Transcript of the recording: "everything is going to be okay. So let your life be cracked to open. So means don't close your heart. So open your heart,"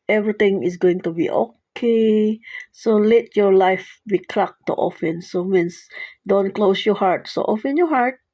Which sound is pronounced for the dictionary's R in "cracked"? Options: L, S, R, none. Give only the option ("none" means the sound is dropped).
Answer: L